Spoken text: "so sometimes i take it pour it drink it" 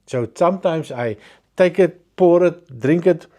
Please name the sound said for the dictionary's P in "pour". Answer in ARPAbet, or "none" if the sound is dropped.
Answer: P